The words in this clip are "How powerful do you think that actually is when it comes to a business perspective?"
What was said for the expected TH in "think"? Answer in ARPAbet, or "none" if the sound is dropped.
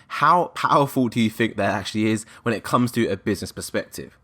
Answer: TH